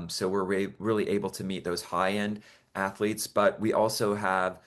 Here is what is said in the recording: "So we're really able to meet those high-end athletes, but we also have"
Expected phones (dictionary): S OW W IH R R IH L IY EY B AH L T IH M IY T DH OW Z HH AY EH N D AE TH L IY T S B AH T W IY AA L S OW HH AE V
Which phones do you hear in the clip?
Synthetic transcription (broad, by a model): S OW W IH R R IH L IY EY B L T IH M IY T DH OW Z HH AY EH N D AE TH L IY T S B AH T W IY AA L S OW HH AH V